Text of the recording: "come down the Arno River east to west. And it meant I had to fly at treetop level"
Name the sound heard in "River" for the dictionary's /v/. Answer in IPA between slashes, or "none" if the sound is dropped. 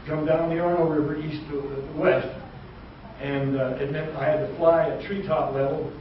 /v/